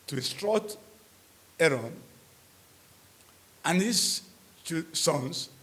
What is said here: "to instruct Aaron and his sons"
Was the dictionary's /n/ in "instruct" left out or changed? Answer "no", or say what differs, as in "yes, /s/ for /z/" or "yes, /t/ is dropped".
yes, /n/ is dropped